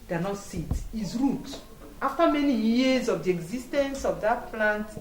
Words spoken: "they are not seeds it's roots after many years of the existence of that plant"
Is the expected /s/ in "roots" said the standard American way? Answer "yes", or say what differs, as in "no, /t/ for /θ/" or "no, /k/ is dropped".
no, /s/ is dropped